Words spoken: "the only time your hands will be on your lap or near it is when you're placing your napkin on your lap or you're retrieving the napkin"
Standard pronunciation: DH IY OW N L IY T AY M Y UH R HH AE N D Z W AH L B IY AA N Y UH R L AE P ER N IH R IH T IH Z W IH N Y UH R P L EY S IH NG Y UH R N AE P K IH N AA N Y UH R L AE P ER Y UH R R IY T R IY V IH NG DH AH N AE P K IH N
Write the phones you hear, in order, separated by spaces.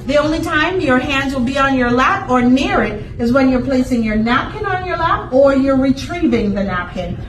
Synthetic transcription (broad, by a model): DH IY OW N L IY T AY M Y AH R HH AE N D Z W AH L B IY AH N Y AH R L AE P ER N IH R IH T IH Z W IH N Y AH R P L EY S IH NG Y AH R N AE P K IH N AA N Y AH R L AE P ER Y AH R R IY T R IY V IH NG DH AH N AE P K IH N